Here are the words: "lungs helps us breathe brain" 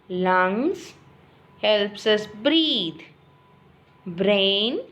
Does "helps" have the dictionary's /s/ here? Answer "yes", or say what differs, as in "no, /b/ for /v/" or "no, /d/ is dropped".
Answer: yes